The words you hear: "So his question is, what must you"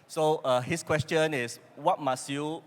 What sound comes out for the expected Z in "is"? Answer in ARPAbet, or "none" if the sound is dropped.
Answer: S